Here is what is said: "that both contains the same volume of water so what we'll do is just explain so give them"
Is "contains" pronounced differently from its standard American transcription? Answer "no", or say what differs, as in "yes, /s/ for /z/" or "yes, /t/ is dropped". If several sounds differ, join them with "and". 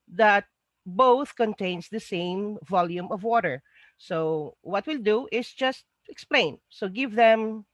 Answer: yes, /s/ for /z/